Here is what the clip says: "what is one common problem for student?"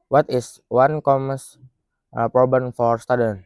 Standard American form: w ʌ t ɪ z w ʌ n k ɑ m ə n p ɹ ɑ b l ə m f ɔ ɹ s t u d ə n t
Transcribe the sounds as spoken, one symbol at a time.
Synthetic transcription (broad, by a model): w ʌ t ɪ s w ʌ n k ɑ m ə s p ɹ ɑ b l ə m f ɔ ɹ s t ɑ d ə n